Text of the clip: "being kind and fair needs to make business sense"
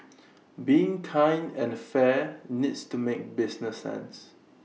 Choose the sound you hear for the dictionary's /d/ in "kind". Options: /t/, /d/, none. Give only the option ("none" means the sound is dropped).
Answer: none